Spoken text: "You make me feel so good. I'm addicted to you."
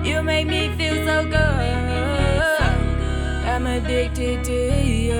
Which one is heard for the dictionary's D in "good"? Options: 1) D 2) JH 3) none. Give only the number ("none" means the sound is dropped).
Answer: 3